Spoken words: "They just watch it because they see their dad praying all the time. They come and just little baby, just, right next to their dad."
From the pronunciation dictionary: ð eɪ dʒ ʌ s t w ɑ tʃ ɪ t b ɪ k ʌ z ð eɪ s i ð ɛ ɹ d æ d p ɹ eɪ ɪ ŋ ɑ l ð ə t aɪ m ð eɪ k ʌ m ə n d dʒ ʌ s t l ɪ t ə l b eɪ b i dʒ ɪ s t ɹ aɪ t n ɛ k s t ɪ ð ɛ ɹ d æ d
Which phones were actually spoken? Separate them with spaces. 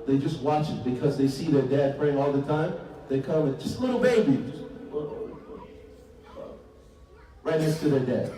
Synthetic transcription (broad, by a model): ð eɪ dʒ ʌ s t w ɑ tʃ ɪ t b ɪ k ʌ z ð eɪ s i ð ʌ ɹ d æ d f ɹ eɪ ɪ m ɑ l ð ə t aɪ m ð eɪ k ʌ m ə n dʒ ʌ s t l ɪ t l b eɪ b i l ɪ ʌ ɹ aɪ t n ɛ k s t ɪ ð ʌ ɹ d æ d